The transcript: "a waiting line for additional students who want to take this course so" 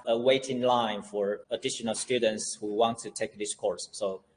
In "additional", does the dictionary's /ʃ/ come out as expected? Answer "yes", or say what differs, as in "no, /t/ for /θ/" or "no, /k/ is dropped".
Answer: yes